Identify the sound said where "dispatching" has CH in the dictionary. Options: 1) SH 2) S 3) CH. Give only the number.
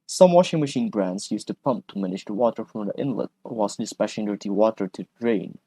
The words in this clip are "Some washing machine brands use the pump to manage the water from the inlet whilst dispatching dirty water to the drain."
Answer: 1